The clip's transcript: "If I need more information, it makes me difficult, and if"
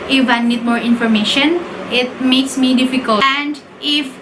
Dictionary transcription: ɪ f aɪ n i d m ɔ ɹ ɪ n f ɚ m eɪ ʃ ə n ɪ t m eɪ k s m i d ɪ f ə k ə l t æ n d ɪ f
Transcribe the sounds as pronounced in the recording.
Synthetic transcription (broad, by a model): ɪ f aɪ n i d m ɔ ɹ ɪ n f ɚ m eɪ ʃ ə n ɪ t m eɪ k s m i d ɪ f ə k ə l æ n d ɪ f